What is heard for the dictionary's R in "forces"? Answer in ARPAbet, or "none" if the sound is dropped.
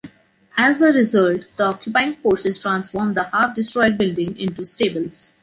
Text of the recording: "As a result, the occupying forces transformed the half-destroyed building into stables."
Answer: R